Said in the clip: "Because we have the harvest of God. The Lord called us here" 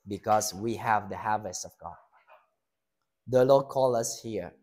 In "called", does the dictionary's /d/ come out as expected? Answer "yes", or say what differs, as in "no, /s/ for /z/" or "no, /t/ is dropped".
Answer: no, /d/ is dropped